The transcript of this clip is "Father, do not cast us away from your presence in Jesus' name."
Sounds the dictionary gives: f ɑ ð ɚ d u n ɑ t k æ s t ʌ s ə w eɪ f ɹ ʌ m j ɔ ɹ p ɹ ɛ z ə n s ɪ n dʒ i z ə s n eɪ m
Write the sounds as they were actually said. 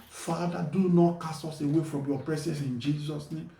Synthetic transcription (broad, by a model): f ɑ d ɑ d u n ɑ t k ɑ s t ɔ s ə w eɪ f ɹ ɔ m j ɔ p ɹ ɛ s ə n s ɪ n dʒ i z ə s n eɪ m